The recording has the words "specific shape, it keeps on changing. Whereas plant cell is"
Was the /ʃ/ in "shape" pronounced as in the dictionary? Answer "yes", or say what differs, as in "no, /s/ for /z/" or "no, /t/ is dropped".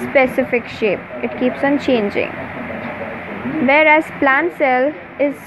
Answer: yes